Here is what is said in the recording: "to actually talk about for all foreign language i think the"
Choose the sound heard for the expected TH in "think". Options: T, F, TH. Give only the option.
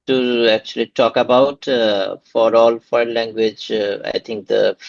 T